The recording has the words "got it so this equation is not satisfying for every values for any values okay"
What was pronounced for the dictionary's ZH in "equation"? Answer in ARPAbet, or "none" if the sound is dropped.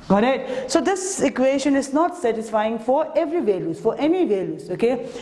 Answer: SH